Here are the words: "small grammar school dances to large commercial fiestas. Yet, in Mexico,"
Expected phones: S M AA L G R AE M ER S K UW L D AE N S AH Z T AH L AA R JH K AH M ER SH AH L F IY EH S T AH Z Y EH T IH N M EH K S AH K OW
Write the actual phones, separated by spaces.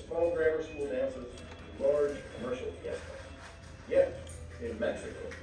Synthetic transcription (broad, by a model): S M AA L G R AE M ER S K UW L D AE N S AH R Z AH L AA R JH K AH M ER SH L P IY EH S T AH Y EH T IH N M EH K S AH K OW